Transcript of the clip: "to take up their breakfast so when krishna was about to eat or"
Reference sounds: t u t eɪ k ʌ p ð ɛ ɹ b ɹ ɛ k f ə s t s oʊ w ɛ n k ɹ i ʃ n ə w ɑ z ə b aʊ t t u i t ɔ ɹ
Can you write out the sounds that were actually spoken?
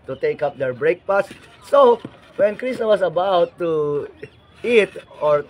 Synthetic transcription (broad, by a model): t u t eɪ k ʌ p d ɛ ɹ b ɹ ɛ k p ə s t s oʊ w ɛ n k ɹ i s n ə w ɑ s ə b aʊ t t u i t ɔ ɹ